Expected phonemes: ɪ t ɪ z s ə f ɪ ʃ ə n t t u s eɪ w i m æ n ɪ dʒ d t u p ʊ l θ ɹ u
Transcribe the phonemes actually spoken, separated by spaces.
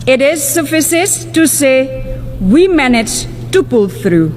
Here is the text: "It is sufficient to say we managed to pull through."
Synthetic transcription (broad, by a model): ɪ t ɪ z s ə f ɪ s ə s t t u s eɪ w i m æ n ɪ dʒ t u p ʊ l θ ɹ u